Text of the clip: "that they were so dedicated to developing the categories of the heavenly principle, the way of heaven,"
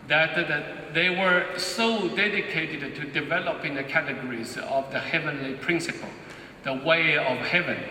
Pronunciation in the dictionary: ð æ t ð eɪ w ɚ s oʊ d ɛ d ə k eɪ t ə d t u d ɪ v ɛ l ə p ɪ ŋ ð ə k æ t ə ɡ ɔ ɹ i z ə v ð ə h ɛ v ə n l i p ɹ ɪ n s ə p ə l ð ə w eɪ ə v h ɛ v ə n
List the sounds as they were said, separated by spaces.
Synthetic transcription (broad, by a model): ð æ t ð eɪ w ɚ s oʊ d ɛ d ə k eɪ t ə d t u d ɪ v ɛ l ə p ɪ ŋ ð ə k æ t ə ɡ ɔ ɹ i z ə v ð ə h ɛ v ə n l i p ɹ ɪ n s ə p ə l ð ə w eɪ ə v h ɛ v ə n